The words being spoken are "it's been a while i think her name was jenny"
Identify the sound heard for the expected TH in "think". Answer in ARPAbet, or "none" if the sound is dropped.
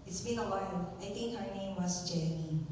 T